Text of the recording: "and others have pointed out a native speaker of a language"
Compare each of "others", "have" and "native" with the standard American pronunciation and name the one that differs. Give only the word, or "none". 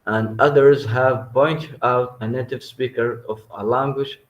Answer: none